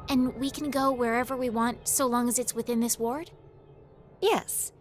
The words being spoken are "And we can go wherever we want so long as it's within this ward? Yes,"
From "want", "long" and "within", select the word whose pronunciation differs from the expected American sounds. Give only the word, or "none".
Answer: none